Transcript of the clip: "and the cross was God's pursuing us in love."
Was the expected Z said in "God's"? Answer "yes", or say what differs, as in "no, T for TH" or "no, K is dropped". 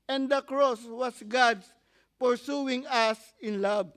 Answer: no, S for Z